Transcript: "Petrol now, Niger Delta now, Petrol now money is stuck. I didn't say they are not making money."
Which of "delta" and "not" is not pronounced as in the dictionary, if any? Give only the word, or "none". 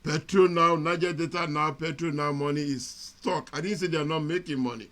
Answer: delta